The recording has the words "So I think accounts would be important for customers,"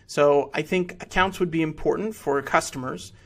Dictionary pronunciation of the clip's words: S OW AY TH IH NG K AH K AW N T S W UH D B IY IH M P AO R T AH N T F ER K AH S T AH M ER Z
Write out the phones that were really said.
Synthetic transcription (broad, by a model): S OW AY TH IH NG K AH K AW N T S W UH D B IY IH M P AO R T N T F ER K AH S T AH M ER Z